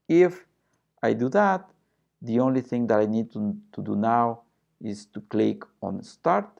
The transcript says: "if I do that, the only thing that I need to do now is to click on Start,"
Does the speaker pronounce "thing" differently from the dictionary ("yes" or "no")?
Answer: no